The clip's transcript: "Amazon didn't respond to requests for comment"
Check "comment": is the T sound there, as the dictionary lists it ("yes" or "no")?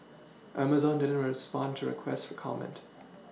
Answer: yes